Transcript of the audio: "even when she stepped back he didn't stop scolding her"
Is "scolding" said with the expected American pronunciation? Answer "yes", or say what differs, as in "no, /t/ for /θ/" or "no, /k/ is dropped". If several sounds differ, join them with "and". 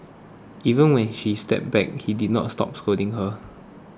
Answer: no, /l/ is dropped